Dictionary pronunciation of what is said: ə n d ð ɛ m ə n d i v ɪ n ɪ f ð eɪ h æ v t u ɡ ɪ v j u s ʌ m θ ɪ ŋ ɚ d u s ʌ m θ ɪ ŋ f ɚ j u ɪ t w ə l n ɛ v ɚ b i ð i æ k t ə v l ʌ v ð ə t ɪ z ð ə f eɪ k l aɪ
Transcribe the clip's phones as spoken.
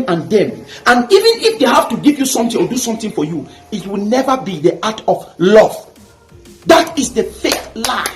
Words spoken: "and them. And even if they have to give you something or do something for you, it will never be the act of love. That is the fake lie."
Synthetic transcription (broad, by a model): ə n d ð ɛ m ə n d i v ɪ n ɪ f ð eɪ h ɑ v t u ɡ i v j u s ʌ m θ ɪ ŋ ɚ d u s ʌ m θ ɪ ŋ f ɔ j u ɪ t w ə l n ɛ v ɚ b i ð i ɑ t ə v l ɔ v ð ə t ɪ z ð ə f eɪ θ l aɪ